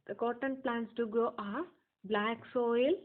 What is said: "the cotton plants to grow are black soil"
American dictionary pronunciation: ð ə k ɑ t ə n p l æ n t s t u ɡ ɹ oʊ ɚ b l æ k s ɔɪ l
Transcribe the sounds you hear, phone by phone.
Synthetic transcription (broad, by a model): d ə k ɑ t ə n p l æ n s t u ɡ oʊ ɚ b l æ k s ɔɪ l